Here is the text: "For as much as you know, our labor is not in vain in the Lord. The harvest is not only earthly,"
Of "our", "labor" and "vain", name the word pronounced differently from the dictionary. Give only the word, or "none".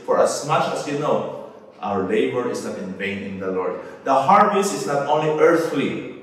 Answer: none